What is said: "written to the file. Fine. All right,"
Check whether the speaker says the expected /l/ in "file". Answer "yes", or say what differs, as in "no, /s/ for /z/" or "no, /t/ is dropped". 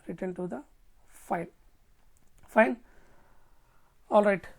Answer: no, /n/ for /l/